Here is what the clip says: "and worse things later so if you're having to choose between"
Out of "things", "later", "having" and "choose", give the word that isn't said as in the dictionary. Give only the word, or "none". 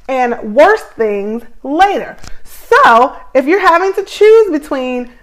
none